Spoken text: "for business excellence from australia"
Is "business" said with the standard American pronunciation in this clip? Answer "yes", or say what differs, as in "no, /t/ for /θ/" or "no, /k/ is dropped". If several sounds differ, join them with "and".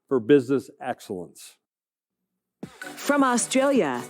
yes